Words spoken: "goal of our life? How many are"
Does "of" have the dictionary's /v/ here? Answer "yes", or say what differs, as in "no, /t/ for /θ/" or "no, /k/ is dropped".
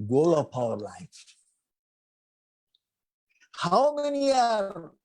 no, /p/ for /v/